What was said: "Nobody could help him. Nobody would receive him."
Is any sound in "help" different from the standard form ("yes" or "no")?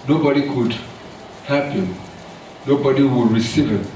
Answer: yes